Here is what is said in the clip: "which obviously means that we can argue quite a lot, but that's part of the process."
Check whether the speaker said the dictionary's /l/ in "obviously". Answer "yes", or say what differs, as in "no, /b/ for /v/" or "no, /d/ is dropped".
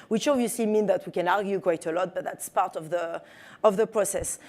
no, /l/ is dropped